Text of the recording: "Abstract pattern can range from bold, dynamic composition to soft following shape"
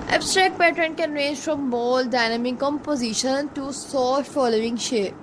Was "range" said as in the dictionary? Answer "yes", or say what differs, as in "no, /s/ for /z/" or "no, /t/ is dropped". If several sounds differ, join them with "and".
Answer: yes